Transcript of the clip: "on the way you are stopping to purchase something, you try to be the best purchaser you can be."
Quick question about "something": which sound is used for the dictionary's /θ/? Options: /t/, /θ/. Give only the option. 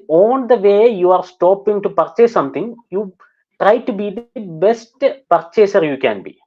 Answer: /t/